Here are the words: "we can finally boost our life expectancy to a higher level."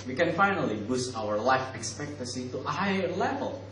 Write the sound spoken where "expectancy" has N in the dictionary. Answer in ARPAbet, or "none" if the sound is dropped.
none